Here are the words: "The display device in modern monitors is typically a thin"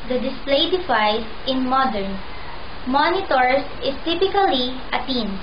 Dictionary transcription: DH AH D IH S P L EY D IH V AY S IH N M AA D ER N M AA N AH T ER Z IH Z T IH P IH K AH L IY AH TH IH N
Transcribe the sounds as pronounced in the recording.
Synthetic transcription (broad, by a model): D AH D IH S P L EY D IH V AY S IH N M AA D ER N M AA N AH T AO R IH S T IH P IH K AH L IY AH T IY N